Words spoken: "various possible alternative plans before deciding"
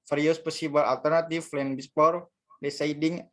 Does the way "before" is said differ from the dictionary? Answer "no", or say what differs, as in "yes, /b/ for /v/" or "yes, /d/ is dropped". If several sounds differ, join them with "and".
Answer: yes, /p/ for /f/